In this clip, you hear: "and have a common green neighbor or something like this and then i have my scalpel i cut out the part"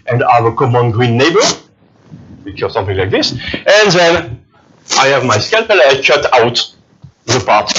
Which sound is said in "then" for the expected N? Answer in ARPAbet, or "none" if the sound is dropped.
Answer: N